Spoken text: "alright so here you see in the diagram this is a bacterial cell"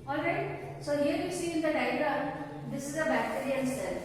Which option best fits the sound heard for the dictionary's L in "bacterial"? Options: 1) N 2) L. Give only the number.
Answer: 1